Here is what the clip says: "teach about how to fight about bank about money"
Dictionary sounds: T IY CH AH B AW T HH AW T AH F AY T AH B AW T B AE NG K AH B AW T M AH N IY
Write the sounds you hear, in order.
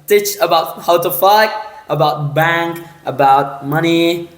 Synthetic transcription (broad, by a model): T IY CH AH B AW T HH AW T AH F AY T AH B AW T B AE NG K AH B AW T M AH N IY